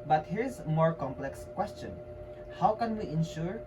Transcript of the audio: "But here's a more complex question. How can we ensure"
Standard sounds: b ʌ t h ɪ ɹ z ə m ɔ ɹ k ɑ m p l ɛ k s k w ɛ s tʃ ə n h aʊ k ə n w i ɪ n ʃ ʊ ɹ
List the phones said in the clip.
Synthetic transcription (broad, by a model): b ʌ t h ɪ ɹ ə m ɔ ɹ k ɑ m p l ɛ k s k w ɛ s tʃ ə n h aʊ k ə n w i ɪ n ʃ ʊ ɹ